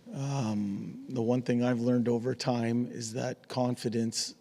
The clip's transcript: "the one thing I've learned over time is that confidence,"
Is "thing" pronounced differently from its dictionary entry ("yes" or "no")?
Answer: no